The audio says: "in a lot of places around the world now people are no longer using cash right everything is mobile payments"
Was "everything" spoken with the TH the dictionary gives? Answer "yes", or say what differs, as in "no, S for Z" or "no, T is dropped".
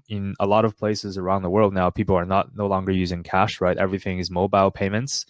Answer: yes